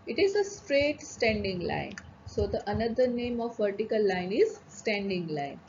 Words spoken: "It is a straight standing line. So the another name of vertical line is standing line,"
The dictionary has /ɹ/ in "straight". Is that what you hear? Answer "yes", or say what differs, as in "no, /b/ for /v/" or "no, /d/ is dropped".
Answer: yes